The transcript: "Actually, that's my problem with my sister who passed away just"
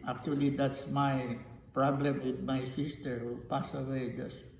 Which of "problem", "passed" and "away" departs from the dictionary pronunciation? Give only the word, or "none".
passed